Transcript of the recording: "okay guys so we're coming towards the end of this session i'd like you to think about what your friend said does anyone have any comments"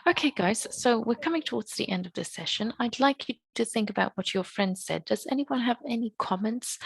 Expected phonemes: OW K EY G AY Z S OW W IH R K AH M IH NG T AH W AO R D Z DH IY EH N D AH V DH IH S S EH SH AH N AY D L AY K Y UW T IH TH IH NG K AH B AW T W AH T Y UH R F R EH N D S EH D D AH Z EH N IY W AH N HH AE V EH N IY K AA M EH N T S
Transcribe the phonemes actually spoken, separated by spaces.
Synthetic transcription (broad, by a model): OW K EY G AY Z S OW W IH R K AH M IH NG T AH W AO R D Z DH IY EH N D AH V DH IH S S EH SH AH N AY D L AY K Y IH T IH TH IH NG K AH B AW T W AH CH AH R F R EH N D S EH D D AH Z EH N IY W AH N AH V EH N IY K AA M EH N T S